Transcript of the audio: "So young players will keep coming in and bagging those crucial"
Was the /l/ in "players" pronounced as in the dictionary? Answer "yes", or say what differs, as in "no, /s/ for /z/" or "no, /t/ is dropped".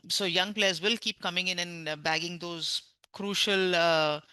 yes